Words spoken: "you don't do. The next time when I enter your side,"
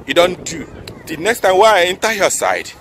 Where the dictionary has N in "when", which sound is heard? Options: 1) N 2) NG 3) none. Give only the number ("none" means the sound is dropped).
3